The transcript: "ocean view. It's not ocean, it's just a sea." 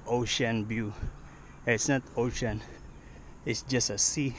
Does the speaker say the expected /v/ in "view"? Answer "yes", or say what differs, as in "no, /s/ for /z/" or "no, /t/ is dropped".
no, /b/ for /v/